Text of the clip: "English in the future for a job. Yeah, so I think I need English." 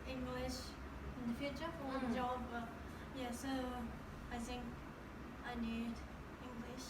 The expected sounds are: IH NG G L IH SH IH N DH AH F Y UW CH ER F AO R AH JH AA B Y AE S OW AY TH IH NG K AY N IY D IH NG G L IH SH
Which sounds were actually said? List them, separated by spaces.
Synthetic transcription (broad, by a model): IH NG G L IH SH IH N DH AH F Y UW CH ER F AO W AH JH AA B Y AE S OW AY TH IH NG K AY N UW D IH NG G L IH SH